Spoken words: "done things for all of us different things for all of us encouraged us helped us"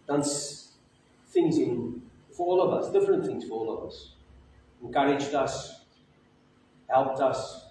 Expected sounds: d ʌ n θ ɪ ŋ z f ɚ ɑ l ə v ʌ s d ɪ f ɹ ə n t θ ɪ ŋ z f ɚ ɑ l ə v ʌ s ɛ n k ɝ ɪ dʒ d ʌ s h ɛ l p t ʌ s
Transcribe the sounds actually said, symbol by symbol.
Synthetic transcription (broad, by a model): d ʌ n θ ɪ ŋ z f ɚ ɑ l ə v ʌ s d ɪ f ɹ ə n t θ ɪ ŋ z f ɚ ɑ l ə v ʌ s ɛ n k ɝ ɪ dʒ d ʌ s h ɛ l p t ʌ s